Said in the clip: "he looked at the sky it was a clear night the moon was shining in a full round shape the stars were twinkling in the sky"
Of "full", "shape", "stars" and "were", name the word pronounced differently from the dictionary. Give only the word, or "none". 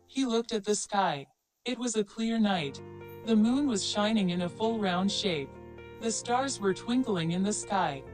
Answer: none